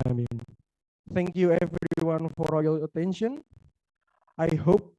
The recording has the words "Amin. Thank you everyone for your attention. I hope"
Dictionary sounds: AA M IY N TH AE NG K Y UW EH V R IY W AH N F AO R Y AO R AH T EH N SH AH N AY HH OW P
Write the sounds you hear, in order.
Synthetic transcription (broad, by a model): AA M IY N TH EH NG K Y UW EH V R IY W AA N F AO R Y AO L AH T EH N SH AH N AY HH OW P